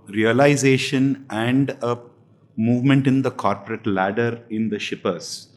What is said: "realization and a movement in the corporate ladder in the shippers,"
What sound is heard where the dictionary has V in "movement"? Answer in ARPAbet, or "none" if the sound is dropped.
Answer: V